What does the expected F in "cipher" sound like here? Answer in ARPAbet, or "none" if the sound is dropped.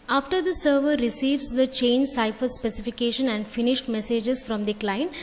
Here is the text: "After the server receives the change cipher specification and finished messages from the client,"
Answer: F